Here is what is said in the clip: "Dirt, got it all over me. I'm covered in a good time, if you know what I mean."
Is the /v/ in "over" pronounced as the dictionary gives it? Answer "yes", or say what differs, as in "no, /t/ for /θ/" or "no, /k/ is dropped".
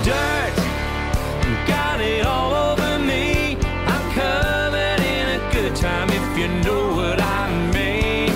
yes